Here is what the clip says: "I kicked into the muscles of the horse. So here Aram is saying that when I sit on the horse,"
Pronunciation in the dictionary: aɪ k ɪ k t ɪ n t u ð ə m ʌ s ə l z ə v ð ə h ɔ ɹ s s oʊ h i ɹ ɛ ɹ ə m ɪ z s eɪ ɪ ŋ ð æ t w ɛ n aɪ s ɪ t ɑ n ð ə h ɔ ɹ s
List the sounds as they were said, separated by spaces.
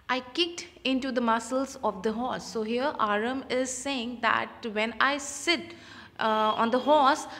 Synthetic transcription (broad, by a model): aɪ k ɪ k t ɪ n t u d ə m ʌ s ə l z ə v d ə h ɔ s s oʊ h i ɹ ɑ ɹ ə m ɪ z s eɪ ɪ ŋ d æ t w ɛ n aɪ s ɪ t ɑ n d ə h ɔ s